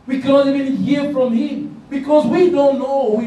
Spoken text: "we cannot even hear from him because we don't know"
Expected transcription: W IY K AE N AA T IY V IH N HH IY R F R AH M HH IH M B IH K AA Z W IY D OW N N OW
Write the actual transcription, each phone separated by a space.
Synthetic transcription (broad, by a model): W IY K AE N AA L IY B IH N HH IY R F R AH M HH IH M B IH K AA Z W IY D OW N N OW